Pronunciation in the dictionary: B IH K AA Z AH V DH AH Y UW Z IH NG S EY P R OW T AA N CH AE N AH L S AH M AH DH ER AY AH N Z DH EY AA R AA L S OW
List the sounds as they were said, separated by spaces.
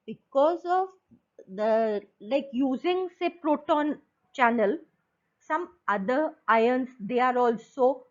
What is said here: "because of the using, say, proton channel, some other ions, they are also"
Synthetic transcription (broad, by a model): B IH K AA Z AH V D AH Y UW Z IH NG S EY P R OW T AA N CH AE N AH L S AH M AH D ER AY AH N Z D EY AA R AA L S OW